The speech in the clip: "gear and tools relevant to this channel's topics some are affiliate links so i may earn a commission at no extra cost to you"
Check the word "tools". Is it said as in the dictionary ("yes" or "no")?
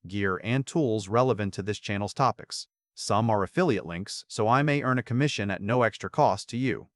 yes